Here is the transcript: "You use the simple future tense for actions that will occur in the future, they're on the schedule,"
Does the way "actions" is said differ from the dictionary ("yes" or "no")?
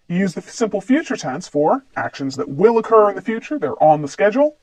no